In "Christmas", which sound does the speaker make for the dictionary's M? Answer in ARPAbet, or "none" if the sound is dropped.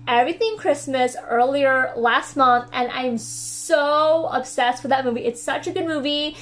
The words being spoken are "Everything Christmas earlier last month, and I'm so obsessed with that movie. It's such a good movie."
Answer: M